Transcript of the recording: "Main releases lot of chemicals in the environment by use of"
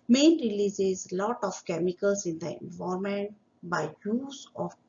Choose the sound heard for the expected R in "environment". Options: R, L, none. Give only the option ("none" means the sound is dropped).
none